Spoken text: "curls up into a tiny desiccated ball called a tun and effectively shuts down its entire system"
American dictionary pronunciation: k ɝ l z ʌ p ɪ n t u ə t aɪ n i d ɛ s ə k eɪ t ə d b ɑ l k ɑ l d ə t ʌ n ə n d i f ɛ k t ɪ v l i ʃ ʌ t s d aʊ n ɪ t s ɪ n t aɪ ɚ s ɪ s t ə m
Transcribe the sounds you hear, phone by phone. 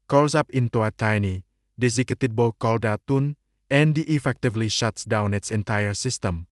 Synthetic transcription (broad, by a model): k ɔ l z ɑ p ɪ n t u ə t aɪ n i d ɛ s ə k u t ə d b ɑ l k ɑ l d ə t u n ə n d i f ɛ k t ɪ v l i ʃ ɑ t s d aʊ n ɪ t s ɪ n t aɪ ɚ s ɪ s t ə m